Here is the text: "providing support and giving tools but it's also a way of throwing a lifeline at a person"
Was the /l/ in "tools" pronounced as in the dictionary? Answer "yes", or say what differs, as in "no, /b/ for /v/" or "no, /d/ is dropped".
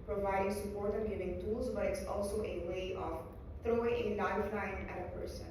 yes